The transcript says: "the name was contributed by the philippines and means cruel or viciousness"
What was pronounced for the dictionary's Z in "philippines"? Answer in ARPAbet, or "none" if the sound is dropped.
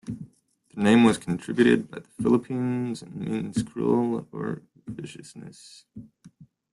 Z